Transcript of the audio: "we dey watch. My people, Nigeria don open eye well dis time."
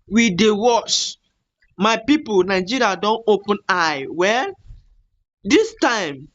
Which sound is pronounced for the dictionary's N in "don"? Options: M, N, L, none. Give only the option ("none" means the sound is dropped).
N